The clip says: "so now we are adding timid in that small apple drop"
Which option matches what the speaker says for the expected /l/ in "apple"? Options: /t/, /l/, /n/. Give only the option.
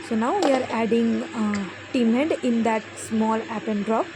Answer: /n/